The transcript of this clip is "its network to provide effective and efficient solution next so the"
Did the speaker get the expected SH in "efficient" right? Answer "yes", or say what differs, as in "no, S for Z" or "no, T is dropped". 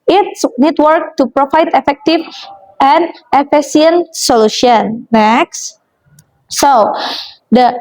no, S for SH